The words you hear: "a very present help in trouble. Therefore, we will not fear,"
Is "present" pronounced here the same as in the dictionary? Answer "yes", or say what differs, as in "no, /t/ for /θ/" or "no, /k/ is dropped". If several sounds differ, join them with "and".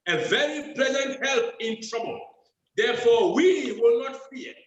no, /l/ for /ɹ/